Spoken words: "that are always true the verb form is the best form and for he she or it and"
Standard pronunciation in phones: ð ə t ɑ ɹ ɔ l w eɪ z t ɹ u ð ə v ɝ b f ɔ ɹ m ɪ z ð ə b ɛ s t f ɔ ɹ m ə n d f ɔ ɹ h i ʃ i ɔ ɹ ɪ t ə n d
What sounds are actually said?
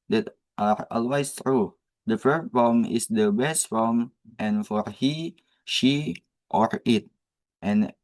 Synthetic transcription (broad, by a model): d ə t ɑ ɹ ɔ l w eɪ s t ɹ u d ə f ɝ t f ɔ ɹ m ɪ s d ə b ɛ s t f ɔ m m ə n f ɔ ɹ h i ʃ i ɔ ɹ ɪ t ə n